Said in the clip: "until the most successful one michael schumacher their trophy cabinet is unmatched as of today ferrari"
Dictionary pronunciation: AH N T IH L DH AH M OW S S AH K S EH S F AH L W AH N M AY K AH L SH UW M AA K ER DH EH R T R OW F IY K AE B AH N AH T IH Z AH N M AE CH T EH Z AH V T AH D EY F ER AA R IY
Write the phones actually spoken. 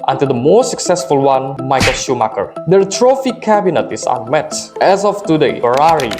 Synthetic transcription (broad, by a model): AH N T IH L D AH M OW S S AH K S EH S F AH L W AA N M AY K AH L SH UW M AA K ER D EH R T R OW F IY K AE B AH N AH T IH S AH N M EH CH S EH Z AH F T AH D EY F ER AA R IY